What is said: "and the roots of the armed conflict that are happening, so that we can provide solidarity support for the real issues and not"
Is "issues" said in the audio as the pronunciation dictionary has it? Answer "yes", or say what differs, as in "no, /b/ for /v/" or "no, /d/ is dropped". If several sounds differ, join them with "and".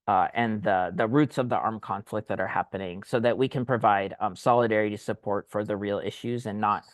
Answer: yes